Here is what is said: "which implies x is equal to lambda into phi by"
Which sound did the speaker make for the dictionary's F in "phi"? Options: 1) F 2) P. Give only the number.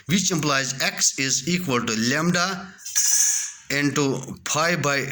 2